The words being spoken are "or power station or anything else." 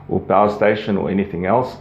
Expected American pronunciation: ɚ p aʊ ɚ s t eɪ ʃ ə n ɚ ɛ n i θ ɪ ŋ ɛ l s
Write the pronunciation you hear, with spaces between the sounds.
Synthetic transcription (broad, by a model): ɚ b aʊ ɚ s t eɪ ʃ ə n ɚ ɛ n i θ ɪ ŋ ɛ l s